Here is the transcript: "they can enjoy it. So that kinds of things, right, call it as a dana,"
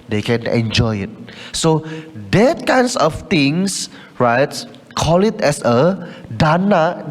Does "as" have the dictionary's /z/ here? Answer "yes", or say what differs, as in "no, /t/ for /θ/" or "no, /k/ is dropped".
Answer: no, /s/ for /z/